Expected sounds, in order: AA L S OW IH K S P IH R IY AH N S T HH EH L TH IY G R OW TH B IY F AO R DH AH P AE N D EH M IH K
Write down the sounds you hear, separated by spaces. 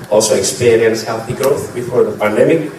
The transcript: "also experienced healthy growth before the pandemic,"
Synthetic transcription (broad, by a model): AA L S OW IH K S P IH R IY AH N S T HH EH L TH IY G R OW TH B IY F AO R DH AH P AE N D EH M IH K